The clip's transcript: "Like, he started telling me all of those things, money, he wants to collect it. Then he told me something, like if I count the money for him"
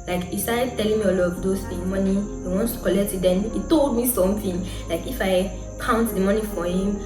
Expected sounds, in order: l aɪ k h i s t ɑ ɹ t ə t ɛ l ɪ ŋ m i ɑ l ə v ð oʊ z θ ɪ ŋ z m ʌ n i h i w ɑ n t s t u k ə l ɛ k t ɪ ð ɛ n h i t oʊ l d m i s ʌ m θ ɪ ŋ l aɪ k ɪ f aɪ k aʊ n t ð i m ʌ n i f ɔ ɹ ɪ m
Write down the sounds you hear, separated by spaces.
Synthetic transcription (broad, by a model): l aɪ k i s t ɑ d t t ɛ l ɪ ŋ m i ɑ l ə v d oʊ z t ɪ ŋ m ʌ n i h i w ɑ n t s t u k ə l ɛ k t ɪ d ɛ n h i t oʊ l d m i s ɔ m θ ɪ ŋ l aɪ k ɪ f aɪ k aʊ n t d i m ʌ n i f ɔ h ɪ m